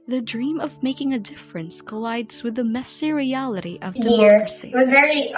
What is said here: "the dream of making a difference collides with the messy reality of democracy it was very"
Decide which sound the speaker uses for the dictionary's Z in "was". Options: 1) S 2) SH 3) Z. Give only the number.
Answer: 3